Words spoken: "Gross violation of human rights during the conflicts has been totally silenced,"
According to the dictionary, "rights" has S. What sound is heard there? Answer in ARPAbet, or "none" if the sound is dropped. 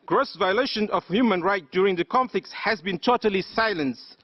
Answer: none